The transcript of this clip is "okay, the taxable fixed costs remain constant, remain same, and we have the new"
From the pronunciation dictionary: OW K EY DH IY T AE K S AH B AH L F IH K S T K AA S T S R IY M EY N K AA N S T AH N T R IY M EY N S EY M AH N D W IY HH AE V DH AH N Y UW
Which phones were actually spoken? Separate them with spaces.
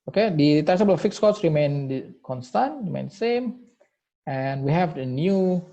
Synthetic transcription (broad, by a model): OW K EY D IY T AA S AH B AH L F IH K S K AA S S R IY M EY N K AA N S T AH N T R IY M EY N S EY M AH N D W IY HH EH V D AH N Y UW